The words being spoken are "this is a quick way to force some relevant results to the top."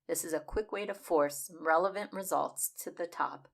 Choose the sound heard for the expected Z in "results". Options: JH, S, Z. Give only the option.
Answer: Z